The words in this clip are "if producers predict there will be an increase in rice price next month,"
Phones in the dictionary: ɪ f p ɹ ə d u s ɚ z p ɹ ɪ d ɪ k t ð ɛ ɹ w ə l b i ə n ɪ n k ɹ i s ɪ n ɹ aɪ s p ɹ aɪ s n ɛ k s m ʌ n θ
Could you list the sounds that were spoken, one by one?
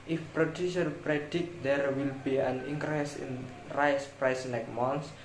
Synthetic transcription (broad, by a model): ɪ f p ɹ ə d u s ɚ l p ɹ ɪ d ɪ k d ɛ ɹ w ə l b i ə n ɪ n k ɹ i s ɪ n ɹ aɪ s p ɹ aɪ s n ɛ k m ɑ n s